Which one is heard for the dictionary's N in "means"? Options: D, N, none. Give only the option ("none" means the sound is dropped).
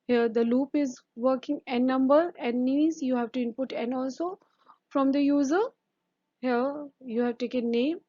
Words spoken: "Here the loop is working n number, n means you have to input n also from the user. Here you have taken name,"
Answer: none